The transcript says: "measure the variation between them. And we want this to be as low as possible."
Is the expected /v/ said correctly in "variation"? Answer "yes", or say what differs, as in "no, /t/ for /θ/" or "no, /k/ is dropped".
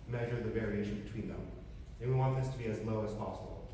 yes